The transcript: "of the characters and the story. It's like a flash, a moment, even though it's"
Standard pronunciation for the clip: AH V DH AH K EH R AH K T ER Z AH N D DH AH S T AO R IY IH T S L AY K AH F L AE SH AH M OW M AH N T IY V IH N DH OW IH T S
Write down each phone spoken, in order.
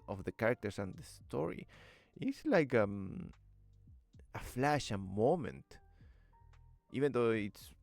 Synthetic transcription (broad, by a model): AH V DH AH K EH R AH K T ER S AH N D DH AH S T AO R IY IH T S L AY K AH F L AE SH AH M OW M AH N T IY V IH N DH OW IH T S